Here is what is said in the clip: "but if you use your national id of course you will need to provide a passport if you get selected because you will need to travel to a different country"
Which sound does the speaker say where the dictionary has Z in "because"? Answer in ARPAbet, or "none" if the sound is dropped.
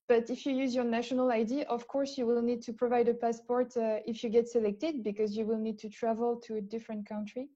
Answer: Z